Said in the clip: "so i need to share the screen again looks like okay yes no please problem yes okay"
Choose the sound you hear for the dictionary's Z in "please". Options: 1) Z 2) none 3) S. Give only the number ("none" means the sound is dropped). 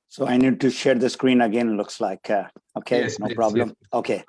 2